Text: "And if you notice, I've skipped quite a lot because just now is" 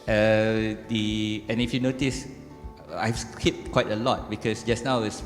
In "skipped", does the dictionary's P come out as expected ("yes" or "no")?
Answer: no